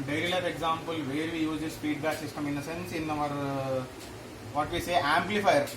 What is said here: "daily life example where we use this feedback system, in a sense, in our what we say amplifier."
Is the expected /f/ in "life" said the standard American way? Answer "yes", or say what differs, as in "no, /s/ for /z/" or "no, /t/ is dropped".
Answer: no, /p/ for /f/